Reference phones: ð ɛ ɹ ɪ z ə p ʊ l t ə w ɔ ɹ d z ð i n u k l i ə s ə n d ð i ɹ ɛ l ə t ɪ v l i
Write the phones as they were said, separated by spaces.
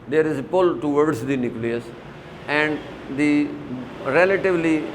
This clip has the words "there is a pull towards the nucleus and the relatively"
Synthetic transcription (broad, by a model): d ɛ ɹ ɪ z ə p ʊ l t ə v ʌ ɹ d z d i n u k l i ə s ə n d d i ɹ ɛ l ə t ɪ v l i